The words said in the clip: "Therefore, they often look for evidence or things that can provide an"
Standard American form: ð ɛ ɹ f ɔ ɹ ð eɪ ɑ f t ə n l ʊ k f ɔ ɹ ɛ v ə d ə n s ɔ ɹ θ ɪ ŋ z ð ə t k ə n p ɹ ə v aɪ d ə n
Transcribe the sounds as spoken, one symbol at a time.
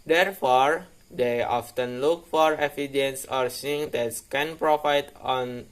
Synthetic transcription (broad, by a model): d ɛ ɹ f ɔ ɹ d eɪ ɑ f t ə n l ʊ k f ɔ ɹ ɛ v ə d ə n s ɔ ɹ s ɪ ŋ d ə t k ə n p ɹ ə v aɪ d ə n